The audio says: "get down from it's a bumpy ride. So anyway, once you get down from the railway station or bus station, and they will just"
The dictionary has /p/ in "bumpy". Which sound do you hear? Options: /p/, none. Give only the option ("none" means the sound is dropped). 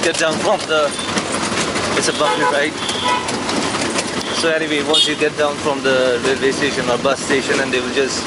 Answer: none